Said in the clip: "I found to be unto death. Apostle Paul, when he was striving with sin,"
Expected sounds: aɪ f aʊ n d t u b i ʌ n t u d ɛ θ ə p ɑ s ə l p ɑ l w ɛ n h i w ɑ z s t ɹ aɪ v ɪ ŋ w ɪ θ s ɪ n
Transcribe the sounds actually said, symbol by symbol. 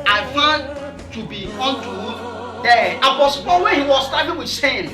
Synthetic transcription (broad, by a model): aɪ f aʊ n t u b i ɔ n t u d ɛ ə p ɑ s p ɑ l w ɛ n h i w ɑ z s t aɪ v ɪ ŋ w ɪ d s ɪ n